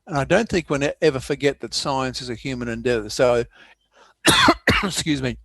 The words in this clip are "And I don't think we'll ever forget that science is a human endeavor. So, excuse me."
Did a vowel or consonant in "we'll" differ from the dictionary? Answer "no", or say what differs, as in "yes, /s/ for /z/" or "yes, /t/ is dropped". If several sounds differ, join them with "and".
yes, /n/ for /l/